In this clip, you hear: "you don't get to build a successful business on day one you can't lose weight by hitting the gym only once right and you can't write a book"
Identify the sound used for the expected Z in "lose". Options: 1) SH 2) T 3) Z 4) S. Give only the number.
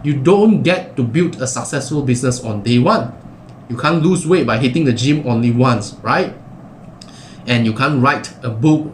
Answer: 4